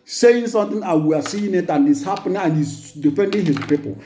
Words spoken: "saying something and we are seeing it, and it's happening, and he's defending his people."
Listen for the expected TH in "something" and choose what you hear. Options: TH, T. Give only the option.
T